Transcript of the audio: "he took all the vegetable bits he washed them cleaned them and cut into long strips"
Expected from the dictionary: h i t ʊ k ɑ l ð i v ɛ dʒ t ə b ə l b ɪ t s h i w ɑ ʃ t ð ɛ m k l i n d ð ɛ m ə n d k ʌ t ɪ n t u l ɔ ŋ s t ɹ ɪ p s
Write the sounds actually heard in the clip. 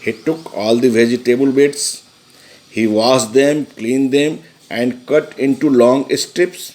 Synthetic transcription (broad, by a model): h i t ʊ k ɑ l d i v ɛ dʒ t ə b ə l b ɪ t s h i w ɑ s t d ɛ m k l i n d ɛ m ə n d k ʌ t ɪ n t u l ɔ ŋ s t ɹ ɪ p s